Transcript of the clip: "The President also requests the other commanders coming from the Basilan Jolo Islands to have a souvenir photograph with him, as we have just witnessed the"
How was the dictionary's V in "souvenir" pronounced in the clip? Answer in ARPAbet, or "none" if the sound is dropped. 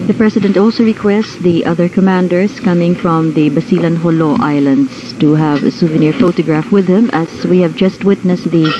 V